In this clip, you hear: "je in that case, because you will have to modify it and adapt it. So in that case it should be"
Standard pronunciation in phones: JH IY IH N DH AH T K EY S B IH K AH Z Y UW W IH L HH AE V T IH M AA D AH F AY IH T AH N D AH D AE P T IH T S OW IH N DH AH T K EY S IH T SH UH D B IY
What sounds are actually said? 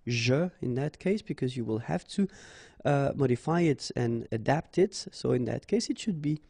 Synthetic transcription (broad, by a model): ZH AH IH N DH AH T K EY S B IH K AH Z Y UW W IH L HH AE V T IH M AA D AH F AY IH T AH N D AH D AE P T IH T S OW IH N DH AH T K EY S IH T SH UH D B IY